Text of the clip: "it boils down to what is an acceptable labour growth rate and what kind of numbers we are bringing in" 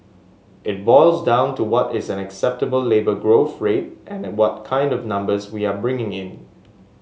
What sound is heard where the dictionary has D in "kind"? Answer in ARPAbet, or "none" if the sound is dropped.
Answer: D